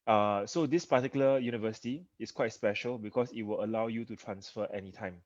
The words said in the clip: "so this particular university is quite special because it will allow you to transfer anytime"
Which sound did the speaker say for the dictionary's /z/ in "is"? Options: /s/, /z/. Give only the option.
/s/